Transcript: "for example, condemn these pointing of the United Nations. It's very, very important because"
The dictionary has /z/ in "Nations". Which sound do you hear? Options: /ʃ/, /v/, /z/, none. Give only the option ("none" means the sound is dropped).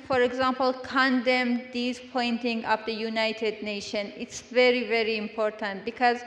none